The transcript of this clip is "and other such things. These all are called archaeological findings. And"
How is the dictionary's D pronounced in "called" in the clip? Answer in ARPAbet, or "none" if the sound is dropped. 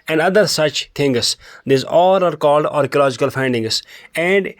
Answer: D